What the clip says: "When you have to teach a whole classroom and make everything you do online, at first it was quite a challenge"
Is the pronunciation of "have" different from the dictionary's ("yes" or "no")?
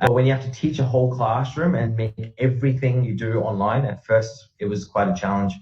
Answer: yes